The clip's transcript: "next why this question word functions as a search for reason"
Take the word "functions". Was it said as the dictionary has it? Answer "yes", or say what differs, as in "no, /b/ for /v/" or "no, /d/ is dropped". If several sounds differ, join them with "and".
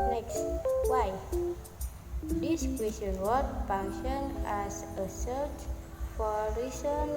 no, /z/ is dropped